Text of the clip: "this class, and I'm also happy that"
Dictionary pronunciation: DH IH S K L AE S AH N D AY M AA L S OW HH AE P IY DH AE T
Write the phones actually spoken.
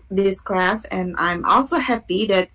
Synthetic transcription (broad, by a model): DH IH S K L AE S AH N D AY M AA L S OW HH AE P IY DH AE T